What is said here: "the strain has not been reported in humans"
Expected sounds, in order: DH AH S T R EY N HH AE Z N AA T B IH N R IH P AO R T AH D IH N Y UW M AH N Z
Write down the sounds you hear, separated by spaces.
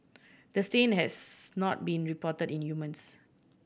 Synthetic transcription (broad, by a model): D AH S T EY N HH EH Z N AA T B IH N R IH P AO T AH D IH N Y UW M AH N S